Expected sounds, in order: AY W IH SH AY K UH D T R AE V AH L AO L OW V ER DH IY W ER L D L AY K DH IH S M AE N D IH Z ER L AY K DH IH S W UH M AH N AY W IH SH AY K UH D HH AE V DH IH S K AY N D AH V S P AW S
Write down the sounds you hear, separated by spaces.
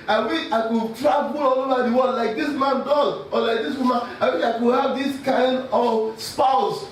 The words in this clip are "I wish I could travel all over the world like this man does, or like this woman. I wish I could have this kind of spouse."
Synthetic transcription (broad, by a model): AY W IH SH AY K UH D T R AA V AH L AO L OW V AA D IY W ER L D L AY K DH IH S M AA N D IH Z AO L AY K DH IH S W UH M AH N AY W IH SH AY K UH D HH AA V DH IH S K AY N D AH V S P AW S